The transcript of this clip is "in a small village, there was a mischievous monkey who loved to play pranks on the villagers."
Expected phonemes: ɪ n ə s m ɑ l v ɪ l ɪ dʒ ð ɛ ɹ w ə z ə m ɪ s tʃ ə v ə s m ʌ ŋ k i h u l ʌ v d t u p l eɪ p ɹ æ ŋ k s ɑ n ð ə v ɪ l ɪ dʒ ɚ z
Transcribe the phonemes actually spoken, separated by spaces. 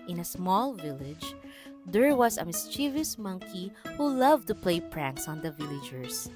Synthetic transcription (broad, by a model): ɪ n ə s m ɑ l v ɪ l ɪ dʒ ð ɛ ɹ w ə s ə m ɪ s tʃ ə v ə s m ʌ ŋ k i h u l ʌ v t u p l eɪ p ɹ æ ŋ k s ɑ n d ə v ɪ l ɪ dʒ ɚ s